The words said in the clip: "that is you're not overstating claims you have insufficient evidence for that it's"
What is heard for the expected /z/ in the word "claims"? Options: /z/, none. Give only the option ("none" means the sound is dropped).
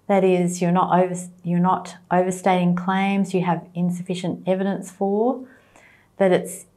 /z/